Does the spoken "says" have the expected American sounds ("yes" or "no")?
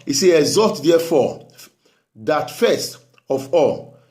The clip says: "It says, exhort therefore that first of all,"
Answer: no